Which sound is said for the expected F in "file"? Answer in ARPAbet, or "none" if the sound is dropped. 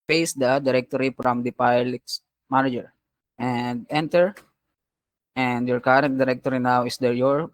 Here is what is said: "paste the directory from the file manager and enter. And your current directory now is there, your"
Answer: P